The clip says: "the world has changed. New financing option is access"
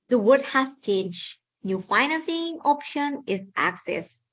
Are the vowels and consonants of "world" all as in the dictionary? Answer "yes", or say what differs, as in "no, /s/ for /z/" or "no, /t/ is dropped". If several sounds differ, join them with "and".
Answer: no, /l/ is dropped